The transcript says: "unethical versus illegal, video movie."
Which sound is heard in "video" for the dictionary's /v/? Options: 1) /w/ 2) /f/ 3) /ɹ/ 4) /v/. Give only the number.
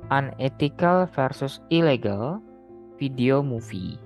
2